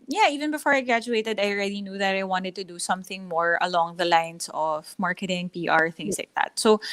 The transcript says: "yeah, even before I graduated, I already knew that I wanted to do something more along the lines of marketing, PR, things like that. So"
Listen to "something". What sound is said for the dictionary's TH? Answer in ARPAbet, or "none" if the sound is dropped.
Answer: TH